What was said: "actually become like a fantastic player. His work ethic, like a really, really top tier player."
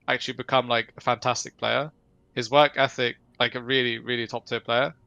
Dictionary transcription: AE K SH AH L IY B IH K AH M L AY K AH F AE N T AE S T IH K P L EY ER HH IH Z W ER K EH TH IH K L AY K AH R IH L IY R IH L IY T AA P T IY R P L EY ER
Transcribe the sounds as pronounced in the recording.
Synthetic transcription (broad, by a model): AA K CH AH L IY B IH K AH M L AY K AH F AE N T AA S T IH K P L EY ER HH IH Z W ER K EH TH IH K L AY K AH R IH L IY R IH L IY T AA P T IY P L EY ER